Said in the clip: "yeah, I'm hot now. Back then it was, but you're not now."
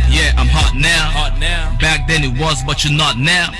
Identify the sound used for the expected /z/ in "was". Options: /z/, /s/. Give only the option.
/z/